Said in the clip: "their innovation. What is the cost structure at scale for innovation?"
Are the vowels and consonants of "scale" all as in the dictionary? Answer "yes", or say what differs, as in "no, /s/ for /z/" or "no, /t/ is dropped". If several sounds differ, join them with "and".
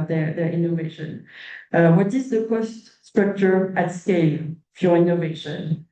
yes